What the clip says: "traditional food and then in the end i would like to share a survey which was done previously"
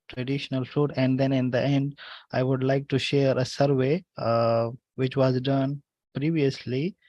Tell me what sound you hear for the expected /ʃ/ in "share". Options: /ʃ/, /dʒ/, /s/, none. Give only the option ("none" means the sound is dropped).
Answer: /ʃ/